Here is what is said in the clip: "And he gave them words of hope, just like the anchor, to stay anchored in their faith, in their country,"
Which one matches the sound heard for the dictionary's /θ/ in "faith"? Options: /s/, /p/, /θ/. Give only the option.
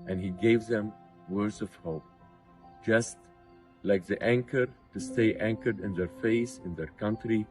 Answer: /s/